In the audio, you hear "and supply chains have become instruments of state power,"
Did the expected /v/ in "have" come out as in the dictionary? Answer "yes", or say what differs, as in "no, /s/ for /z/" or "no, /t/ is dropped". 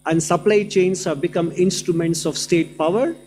yes